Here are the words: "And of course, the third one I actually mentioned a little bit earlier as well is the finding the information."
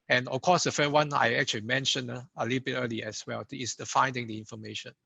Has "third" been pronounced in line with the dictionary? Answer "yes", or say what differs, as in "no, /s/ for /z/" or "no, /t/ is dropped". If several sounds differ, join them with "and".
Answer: no, /f/ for /θ/